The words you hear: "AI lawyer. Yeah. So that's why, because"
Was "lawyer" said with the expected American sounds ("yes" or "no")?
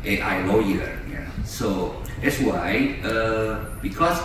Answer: no